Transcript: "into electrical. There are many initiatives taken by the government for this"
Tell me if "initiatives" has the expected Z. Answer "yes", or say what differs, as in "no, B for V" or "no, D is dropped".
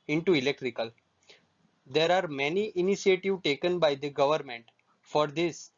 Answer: no, Z is dropped